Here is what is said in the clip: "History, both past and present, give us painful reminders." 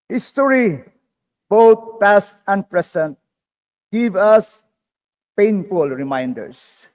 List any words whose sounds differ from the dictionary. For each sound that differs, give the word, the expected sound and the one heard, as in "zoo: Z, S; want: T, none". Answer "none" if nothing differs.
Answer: both: TH, T; present: Z, S